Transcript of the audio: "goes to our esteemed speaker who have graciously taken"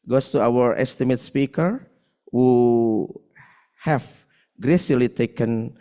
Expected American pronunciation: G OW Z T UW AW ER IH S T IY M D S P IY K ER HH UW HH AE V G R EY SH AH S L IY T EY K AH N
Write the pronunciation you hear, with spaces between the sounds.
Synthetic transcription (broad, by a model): G OW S T UW AW ER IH S T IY M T S P IY K ER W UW HH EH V G R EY S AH L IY T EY K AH N